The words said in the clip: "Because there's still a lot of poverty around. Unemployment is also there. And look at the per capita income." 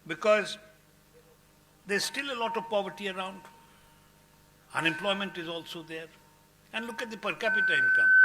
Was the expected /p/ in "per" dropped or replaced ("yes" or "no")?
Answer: no